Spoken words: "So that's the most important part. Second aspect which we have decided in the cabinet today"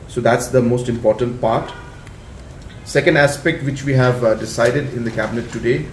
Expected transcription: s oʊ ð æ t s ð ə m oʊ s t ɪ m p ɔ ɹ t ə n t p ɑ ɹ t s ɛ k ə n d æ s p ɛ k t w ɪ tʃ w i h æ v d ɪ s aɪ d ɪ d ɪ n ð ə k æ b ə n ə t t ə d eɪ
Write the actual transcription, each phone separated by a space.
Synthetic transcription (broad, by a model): s oʊ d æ t s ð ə m oʊ s t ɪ m p ɔ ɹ t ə n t p ɑ ɹ t s ɛ k ə n d æ s p ɛ k t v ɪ tʃ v i h æ v d ɪ s aɪ d ɪ d ɪ n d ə k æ b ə n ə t t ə d eɪ